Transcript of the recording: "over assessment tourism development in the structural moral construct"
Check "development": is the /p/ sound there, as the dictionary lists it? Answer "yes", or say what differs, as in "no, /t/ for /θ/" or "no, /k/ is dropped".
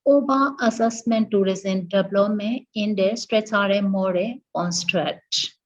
no, /p/ is dropped